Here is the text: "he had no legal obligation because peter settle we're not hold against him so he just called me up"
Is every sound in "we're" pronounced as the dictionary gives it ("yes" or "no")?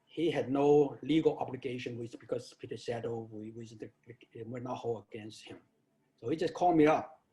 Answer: no